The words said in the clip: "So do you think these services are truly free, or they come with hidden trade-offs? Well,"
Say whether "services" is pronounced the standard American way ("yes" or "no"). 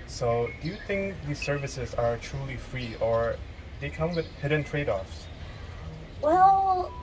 yes